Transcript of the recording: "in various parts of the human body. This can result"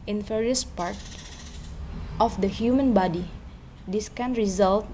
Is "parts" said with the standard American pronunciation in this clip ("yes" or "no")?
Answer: no